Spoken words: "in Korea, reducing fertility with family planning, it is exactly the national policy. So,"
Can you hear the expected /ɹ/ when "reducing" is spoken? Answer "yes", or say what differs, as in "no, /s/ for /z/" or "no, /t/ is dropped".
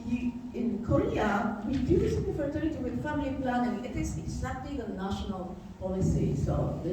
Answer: no, /w/ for /ɹ/